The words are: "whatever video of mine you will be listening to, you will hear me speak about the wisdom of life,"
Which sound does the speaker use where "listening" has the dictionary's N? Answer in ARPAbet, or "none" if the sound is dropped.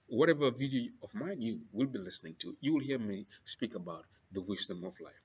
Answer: N